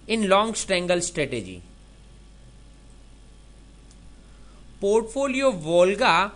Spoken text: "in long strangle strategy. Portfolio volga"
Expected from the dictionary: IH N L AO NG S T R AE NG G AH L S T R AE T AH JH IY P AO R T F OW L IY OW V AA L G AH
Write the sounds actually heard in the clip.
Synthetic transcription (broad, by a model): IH N L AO NG S T EH NG G AH L S T R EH T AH JH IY P AO R T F OW L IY OW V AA L G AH